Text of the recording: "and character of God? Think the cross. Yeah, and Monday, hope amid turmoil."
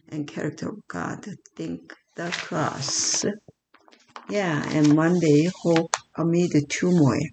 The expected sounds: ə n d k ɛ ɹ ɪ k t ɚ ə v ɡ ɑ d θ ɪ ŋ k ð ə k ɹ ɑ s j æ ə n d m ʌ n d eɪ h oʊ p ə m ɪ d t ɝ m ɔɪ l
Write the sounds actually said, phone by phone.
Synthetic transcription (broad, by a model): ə n k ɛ ɹ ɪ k t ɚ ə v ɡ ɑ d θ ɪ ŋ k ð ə k l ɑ s j æ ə n m ʌ n d eɪ h oʊ p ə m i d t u m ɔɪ